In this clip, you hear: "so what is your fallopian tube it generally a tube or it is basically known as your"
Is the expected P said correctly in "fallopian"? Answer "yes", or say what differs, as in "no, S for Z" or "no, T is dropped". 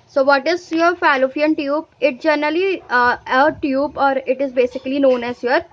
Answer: no, F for P